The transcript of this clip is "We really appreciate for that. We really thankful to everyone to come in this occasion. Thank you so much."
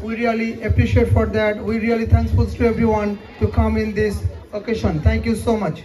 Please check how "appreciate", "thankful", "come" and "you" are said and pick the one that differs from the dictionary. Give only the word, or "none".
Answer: thankful